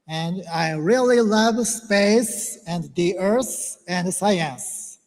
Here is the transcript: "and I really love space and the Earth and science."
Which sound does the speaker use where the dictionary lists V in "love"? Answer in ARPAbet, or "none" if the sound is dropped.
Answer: V